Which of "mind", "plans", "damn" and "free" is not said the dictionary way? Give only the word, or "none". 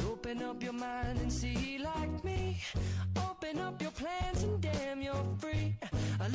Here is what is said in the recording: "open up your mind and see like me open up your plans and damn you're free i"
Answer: none